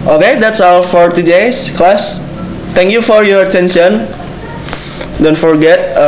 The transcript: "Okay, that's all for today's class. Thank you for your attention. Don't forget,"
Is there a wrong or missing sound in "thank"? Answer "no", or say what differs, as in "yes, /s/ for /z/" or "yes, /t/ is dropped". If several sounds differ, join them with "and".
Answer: yes, /t/ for /θ/